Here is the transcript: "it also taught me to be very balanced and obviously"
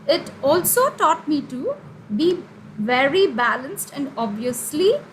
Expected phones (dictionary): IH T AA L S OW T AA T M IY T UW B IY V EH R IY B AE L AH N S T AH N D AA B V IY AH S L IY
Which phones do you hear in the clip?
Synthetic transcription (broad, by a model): IH T AA L S OW T AA T M IY T UW B IY V EH R IY B AE L AH N S T AH N D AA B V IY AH S L IY